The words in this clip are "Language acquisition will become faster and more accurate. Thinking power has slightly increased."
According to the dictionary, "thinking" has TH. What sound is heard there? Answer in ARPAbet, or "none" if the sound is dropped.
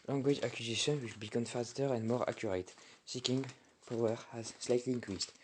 S